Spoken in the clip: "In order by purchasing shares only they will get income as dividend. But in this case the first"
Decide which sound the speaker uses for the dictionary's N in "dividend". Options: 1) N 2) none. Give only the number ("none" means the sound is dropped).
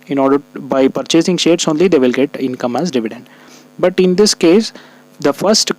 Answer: 1